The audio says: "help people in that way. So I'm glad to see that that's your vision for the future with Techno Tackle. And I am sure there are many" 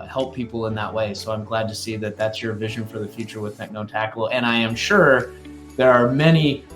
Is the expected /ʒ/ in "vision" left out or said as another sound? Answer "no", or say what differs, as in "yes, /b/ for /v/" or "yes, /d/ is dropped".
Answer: no